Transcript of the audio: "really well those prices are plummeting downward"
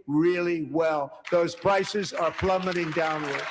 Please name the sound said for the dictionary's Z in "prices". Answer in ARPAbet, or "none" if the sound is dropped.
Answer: Z